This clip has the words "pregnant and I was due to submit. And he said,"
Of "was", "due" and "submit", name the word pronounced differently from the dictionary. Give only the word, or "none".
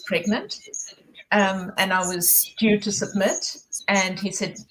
none